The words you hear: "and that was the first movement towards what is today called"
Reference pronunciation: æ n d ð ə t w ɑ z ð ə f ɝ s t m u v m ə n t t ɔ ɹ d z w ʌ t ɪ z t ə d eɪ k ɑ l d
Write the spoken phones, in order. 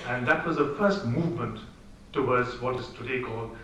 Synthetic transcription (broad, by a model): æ n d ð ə t w ɑ z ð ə f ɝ s t m u v m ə n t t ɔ w d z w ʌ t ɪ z t ə d eɪ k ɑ l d